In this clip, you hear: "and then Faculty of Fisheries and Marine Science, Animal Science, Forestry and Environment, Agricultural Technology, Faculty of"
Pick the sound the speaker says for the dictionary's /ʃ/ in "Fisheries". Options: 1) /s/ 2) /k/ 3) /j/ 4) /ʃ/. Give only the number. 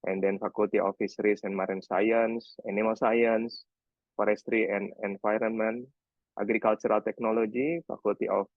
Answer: 1